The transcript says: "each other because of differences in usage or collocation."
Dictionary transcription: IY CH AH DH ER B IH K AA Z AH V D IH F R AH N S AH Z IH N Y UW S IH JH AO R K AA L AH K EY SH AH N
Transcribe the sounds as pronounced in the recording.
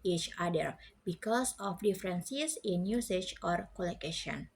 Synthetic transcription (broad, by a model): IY CH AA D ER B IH K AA S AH F D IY F R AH N S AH S IH N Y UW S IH CH AO R K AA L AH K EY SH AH N